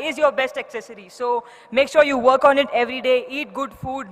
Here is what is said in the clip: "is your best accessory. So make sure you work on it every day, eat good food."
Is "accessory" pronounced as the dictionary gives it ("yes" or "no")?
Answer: yes